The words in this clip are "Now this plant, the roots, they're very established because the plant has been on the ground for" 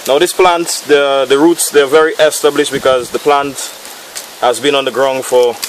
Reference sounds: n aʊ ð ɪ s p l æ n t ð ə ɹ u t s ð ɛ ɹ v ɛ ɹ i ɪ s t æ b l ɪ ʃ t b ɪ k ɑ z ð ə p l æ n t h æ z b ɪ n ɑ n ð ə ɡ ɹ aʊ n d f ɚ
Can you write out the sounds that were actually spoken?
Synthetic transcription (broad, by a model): n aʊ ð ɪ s p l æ n t ð ə ɹ u t s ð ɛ v ɛ ɹ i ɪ s t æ b l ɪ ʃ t b ɪ k ɑ z ð ə p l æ n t h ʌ z b ɪ n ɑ n ð ə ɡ ɹ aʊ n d f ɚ